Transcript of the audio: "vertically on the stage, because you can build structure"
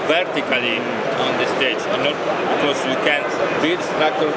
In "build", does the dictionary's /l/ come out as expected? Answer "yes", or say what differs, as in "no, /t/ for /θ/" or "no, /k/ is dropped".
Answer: no, /l/ is dropped